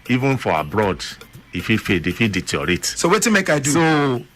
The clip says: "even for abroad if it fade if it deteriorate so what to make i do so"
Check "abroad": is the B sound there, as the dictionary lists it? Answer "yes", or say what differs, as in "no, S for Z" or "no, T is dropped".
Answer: yes